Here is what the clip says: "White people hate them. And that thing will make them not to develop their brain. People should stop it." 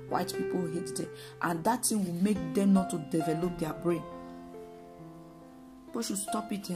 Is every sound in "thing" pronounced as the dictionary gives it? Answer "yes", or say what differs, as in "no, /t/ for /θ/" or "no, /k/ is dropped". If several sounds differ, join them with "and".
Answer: no, /t/ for /θ/